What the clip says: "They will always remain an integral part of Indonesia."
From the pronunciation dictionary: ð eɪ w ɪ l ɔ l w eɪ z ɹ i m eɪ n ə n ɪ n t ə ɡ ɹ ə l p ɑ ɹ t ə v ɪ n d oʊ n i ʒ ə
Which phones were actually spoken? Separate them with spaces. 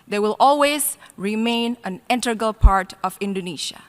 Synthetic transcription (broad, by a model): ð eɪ w ɪ l ɔ l w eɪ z ɹ i m eɪ n ə n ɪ n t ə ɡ ə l p ɑ ɹ t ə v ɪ n d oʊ n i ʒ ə